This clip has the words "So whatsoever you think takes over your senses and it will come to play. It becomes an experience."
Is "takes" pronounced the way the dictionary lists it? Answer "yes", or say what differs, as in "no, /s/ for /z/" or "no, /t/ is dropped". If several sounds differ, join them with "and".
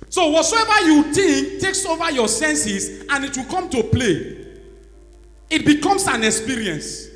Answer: yes